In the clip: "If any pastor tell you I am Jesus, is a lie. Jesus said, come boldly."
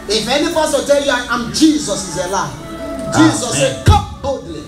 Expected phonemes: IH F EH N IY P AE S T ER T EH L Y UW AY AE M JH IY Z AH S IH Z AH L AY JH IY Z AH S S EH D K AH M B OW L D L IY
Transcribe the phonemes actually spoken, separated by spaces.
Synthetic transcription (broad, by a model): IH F EH N IY F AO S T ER T EH L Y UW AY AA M JH IY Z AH S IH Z AH L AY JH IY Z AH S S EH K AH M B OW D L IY